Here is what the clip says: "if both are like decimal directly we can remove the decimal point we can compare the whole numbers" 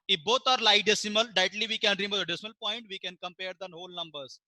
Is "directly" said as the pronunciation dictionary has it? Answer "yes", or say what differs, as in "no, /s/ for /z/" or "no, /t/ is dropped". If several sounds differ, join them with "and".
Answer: no, /k/ is dropped